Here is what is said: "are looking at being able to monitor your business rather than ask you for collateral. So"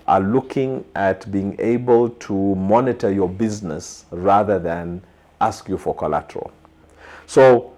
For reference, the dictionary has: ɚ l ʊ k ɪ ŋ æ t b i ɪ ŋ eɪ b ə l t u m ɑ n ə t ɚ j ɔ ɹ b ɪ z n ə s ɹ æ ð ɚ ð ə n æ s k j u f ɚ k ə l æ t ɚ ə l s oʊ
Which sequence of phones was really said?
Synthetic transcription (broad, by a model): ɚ l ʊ k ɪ ŋ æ t b i ɪ ŋ eɪ b ə l t u m ɑ n ə t ɚ j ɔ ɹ b ɪ z n ə s ɹ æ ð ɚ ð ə n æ s k j u f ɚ k ə l æ t ɚ ə l s oʊ